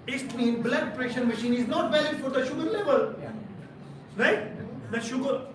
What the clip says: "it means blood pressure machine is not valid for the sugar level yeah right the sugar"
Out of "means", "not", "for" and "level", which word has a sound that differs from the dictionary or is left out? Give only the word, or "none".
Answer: means